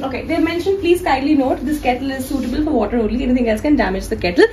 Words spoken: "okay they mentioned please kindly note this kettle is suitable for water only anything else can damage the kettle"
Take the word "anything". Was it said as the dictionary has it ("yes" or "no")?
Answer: no